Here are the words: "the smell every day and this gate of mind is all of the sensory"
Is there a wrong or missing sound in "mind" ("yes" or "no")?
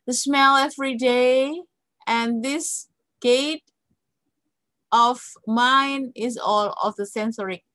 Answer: yes